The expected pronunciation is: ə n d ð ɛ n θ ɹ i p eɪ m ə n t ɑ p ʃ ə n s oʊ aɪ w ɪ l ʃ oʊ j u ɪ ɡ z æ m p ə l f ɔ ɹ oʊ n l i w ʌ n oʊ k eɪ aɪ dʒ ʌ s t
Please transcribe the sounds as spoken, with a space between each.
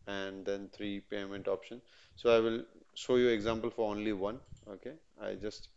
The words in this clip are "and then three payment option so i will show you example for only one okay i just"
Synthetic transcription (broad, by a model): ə n d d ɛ n t ɹ i p eɪ m ə n t ɑ p ʃ ə n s oʊ aɪ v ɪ l ʃ oʊ j u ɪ ɡ z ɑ m p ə l f ɔ ɹ oʊ n l i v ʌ n oʊ k eɪ aɪ dʒ ʌ s t